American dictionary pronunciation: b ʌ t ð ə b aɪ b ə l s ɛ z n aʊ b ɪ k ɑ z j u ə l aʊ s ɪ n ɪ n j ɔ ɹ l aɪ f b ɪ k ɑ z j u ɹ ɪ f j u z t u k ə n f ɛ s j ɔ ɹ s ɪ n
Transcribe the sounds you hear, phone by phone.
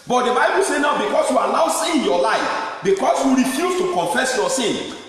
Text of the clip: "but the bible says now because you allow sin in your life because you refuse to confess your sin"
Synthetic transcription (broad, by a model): b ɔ t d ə b aɪ b ə l s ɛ n aʊ b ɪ k ɑ s j u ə n aʊ s ɪ n j ɔ l aɪ f b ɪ k ɑ s j u ɹ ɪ f j u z t u k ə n f ɛ s j ɔ s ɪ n